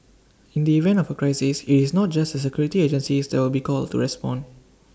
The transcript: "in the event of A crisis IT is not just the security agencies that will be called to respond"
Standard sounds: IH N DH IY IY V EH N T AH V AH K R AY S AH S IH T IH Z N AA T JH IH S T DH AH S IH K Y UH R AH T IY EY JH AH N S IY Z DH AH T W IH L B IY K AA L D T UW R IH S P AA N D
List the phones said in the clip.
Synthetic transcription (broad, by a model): IH N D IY IY V EH N T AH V AH K R AY S AH S IH T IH S N AA T JH IH S T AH S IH K Y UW R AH T IY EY JH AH N S IY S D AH T W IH L B IY K AA L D T UW R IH S P AA N